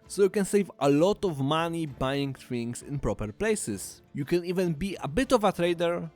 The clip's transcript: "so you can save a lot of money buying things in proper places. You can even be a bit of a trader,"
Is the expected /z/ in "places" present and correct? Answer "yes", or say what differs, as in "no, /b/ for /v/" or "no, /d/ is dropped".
no, /s/ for /z/